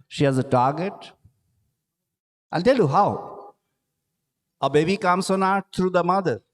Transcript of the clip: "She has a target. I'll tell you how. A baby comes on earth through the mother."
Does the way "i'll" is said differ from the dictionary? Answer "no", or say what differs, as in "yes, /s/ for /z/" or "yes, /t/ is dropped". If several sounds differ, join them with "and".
yes, /n/ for /l/